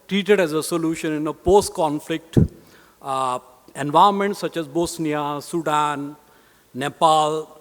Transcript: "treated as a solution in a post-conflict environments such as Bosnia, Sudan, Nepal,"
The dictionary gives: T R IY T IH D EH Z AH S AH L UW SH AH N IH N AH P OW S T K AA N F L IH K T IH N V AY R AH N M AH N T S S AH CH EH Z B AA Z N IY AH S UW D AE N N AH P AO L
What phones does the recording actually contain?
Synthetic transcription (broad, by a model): T R IY T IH D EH Z AH S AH L UW SH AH N IH N AH P OW S T K AA N F L IH K T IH N V AY AH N M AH N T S S AH CH EH Z B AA S N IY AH S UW D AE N N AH P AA L